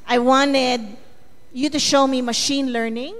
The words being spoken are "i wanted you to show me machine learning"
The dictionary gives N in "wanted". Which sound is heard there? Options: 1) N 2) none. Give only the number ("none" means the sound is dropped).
1